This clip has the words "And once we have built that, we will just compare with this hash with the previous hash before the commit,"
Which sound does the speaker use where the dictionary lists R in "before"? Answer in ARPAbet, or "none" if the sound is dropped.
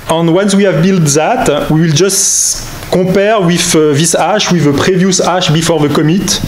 R